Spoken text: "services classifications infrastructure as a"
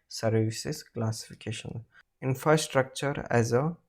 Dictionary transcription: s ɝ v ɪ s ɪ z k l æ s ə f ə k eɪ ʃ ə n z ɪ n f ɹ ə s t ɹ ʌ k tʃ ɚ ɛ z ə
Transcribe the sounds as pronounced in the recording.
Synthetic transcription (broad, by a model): s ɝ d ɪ s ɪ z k l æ s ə f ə k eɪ ʃ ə n ɪ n f ɹ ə s t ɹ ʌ k tʃ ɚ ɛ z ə